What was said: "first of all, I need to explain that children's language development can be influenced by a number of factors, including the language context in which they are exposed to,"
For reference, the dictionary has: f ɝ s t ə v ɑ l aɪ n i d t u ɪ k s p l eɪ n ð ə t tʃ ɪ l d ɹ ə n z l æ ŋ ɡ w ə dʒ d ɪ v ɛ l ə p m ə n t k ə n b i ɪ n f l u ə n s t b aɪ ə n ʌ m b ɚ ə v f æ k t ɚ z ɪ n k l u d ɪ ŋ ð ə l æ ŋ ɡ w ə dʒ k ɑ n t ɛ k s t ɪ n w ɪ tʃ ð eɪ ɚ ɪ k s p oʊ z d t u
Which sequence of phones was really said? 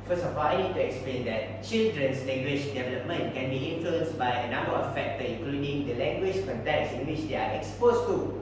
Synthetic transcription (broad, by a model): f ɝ s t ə f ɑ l aɪ n i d t u ɪ k s p l eɪ n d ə t tʃ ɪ l d ɹ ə n s l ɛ ŋ ɡ w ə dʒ d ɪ v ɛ l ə p m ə n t k ə n b i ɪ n f l u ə n s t b aɪ ə n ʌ m b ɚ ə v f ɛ k t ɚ ɪ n k l u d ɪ ŋ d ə l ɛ ŋ ɡ w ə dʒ k ɑ n t ɛ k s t ɪ n w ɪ tʃ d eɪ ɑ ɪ k s p oʊ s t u